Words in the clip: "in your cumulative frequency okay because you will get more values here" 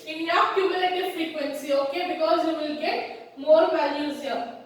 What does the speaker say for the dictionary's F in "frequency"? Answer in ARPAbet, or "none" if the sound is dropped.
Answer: F